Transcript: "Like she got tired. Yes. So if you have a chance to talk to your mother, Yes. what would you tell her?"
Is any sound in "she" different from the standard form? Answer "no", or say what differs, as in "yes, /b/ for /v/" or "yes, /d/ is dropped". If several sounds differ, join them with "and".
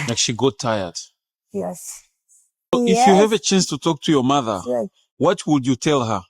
no